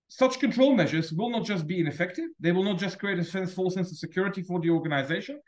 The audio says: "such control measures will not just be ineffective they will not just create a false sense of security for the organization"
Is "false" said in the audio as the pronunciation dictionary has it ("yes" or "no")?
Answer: no